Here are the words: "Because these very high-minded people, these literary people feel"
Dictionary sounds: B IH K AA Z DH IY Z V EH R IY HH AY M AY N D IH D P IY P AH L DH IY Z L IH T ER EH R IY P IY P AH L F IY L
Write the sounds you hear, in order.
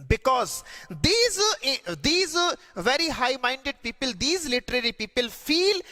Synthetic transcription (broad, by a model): B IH K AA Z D IY Z V EH R IY HH AY M AY N D IH D P IY P AH L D IY Z L IH T ER EH R IY P IY P AH L F IY L